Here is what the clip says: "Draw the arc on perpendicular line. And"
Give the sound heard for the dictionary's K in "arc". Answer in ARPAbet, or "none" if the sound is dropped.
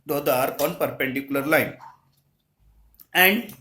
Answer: none